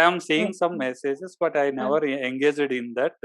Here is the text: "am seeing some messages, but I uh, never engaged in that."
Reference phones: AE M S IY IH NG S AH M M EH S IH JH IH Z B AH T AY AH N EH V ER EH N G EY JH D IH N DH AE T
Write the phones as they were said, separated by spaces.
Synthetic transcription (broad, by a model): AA M S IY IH NG S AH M M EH S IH JH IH S B AH T AY N EH V ER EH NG G EY JH D IH N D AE T